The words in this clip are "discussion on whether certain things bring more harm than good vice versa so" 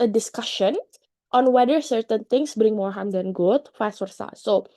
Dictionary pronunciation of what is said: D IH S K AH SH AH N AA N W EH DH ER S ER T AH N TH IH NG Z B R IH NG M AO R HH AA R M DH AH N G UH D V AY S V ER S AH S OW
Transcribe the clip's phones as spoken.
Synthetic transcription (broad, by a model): D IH S K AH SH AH N AA N W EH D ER S ER T AH N T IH NG S B R IH NG M AO R HH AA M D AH N G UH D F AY S W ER S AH S OW